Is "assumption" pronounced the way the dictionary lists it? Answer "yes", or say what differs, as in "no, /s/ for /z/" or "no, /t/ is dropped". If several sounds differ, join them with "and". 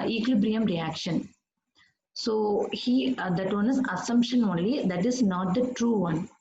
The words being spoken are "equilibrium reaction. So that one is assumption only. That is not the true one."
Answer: yes